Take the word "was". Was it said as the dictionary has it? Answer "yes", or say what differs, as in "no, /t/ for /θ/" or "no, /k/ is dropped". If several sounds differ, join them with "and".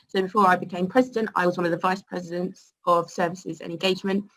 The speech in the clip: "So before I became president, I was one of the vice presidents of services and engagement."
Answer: yes